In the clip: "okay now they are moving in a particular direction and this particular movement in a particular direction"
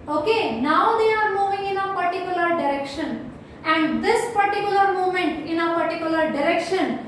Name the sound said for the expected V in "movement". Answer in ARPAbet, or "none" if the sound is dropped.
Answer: none